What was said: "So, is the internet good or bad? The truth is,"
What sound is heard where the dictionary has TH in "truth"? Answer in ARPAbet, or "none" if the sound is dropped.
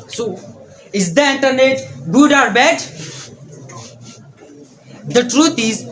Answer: T